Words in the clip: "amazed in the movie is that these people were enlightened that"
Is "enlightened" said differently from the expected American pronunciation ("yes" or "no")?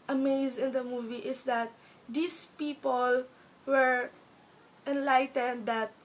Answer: no